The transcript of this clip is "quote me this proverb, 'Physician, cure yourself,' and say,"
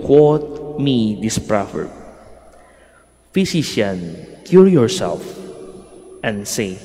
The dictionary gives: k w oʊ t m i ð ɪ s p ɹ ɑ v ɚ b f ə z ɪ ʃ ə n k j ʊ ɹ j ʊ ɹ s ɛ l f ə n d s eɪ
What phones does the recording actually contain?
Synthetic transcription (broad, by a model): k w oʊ t m i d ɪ s p ɹ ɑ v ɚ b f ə s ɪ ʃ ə n k j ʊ ɹ j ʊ ɹ s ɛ l f ə n d s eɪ